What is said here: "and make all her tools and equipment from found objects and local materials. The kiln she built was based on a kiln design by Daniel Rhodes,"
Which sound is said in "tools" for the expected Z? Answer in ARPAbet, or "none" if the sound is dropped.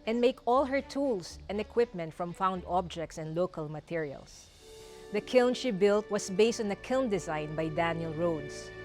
S